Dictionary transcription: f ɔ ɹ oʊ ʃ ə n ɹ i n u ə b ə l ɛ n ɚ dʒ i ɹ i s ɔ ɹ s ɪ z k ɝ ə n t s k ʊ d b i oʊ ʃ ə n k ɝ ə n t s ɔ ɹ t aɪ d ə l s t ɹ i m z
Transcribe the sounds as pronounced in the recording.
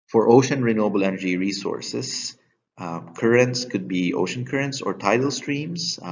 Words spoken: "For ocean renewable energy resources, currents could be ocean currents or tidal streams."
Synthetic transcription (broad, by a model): f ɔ ɹ oʊ ʃ ə n ɹ i n u ə b ə l ɛ n ɚ dʒ i ɹ i s ɔ ɹ s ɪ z k ɝ ə n t s k ʊ d b i oʊ ʃ ə n k ɝ ə n t s ɔ ɹ t aɪ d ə l s t ɹ i m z